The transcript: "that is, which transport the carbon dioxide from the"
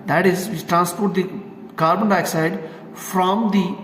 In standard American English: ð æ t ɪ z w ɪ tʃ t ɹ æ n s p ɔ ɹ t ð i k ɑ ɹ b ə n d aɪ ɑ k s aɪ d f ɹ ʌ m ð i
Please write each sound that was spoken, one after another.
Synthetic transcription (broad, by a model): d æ t ɪ z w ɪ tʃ t ɹ æ n s p ɔ ɹ t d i k ɑ ɹ b ə n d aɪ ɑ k s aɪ d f ɹ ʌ m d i